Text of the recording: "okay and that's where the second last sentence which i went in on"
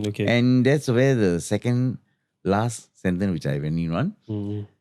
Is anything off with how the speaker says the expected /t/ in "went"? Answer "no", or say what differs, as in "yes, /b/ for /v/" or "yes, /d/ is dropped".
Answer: yes, /t/ is dropped